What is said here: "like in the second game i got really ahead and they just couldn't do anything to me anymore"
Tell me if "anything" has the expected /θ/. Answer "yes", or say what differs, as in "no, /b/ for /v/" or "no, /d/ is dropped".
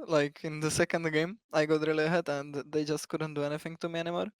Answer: no, /f/ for /θ/